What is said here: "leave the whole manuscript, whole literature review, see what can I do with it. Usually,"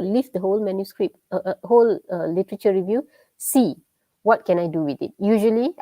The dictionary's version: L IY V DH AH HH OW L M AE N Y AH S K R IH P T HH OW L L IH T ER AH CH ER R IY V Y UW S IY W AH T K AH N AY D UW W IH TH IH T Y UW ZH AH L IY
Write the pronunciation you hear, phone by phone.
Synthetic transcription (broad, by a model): L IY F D AH HH OW L M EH N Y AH S K R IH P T HH OW L L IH T ER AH CH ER R IY V Y UW S IY W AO T K AH N AY D UW W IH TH IH T Y UW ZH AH L IY